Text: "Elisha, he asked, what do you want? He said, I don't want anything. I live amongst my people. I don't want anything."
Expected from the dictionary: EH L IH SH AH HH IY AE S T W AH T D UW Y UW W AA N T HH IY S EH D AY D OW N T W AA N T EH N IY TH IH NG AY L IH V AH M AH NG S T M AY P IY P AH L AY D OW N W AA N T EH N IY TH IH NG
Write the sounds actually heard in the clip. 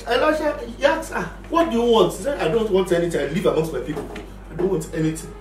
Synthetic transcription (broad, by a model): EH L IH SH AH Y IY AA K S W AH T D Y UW W AA N T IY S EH AY D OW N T W AA N T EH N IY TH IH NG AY L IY V AH M AH NG S T M AY P IY P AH AY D OW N W AA N T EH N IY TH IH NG